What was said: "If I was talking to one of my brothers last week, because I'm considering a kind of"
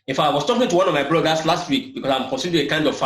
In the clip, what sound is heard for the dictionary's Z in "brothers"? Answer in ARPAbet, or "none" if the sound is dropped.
S